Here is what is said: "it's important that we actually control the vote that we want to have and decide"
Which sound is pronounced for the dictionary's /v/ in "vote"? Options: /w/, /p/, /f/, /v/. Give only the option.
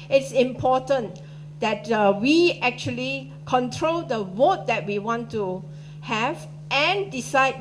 /w/